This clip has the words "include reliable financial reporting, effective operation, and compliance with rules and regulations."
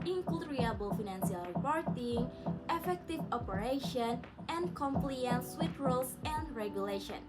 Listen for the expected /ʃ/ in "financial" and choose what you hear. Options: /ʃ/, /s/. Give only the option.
/s/